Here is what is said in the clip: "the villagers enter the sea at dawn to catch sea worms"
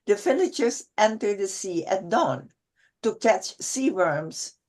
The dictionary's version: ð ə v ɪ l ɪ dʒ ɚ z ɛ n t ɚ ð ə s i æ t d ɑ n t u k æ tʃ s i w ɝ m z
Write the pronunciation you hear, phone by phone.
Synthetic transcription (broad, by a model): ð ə f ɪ n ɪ tʃ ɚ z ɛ n t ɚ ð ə s i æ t d ɑ n t u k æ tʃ s i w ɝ m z